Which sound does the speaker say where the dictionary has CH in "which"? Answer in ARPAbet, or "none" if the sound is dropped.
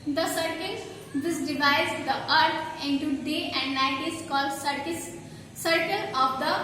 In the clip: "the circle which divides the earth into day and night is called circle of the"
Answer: S